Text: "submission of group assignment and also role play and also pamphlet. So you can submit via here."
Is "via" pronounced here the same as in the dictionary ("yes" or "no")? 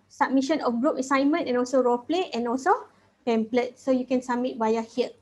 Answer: no